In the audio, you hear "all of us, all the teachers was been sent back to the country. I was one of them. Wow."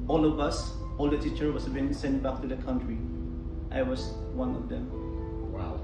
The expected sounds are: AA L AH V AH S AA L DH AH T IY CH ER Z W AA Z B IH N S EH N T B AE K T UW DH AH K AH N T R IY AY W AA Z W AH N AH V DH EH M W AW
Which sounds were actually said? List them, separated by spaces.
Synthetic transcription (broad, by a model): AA L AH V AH S AA L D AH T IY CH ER W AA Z B IH N S EH N T B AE K T UW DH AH K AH N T R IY AY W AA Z W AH N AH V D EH M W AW